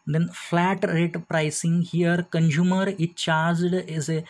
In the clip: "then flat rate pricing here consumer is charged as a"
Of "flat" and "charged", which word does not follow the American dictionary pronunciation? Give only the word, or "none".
none